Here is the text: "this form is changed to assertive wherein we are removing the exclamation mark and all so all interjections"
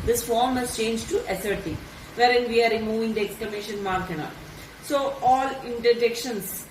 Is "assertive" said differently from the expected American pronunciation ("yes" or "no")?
no